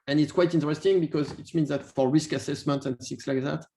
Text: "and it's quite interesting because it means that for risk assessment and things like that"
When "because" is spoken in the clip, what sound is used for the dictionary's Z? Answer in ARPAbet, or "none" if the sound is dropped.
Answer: Z